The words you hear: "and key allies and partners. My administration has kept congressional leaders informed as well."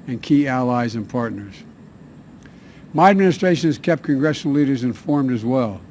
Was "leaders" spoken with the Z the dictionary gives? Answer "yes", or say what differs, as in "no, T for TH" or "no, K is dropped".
yes